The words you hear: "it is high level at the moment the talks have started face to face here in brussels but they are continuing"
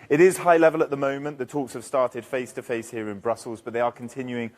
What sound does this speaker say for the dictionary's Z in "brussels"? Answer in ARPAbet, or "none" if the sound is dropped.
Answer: Z